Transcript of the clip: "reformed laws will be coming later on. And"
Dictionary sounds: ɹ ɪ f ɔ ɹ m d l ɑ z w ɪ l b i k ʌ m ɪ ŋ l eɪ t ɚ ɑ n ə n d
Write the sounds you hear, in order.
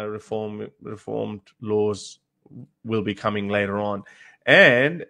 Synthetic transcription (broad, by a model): ɹ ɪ f ɔ ɹ m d l ɑ z w ɪ l b i k ʌ m ɪ ŋ l eɪ t ɚ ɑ n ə n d